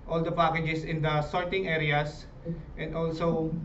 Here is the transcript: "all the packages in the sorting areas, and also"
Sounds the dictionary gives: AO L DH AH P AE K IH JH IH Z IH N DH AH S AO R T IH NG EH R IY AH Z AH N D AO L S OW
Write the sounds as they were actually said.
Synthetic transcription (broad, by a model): AO L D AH P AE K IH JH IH S IH N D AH S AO R T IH NG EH R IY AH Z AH N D AO L S OW